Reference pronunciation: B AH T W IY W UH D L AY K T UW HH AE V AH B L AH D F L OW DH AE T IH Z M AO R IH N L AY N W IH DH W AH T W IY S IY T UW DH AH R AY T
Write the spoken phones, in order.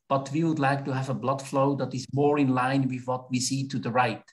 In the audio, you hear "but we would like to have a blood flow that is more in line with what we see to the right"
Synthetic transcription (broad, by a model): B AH T W IY W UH D L AY K T UW HH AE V AH B L AH D F L OW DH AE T IH Z M AO R IH N L AY N W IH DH W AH T W IY S IY T UW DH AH R AY T